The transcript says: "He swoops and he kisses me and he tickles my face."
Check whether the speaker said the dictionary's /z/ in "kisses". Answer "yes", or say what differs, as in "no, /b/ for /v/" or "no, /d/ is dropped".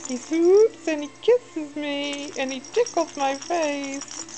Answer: yes